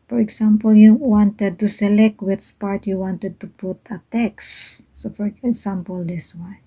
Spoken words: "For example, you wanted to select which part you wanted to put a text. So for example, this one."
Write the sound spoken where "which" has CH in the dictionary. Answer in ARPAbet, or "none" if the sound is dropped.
S